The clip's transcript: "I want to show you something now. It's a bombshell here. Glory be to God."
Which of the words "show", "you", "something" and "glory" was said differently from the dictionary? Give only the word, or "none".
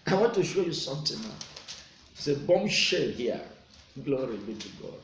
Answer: something